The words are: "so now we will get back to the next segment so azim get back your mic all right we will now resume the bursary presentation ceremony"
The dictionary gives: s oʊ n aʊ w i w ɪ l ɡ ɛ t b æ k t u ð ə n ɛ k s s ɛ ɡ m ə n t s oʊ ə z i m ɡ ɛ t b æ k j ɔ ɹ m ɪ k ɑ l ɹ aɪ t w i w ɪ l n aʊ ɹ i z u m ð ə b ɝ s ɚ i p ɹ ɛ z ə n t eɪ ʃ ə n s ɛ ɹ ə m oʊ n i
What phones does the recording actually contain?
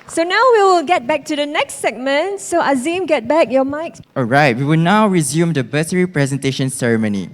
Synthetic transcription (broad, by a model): s oʊ n aʊ w i w ɪ l ɡ ɛ t b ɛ k t u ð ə n ɛ k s s ɛ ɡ m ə n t s oʊ ə z i m ɡ ɛ t b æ k j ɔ m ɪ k ɑ l ɹ aɪ t w i w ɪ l n aʊ ɹ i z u m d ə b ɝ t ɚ i p ɹ ɛ z ə n t eɪ ʃ ə n s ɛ ɹ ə m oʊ n i